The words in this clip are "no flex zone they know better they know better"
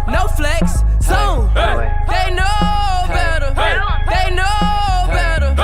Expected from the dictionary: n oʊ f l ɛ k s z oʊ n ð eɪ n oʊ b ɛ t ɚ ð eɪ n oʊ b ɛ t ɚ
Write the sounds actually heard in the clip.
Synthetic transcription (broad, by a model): n oʊ f l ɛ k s s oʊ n ð eɪ n oʊ b ɛ t ɚ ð eɪ n oʊ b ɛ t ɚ